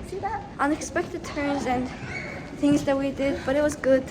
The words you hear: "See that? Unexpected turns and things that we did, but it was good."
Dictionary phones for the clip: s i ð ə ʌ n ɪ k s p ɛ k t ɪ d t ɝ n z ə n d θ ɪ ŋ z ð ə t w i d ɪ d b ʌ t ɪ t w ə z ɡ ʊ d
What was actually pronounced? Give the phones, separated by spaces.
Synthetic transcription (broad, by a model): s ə ʌ n ɪ k s p ɛ k t ɪ d t ɝ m z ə n θ ɪ ŋ z ð ə t w i d ɪ d b ʌ t ɪ t w ə z ɡ ʊ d